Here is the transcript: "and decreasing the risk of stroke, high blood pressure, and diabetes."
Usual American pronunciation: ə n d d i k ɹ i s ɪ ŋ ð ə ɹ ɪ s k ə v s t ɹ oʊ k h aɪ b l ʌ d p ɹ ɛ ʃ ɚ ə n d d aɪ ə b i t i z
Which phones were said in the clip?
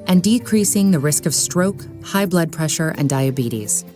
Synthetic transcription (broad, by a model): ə n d d i k ɹ i s ɪ ŋ ð ə ɹ ɪ s k ə v s t ɹ oʊ k h aɪ b l ʌ d p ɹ ɛ ʃ ɚ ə n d d aɪ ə b i t i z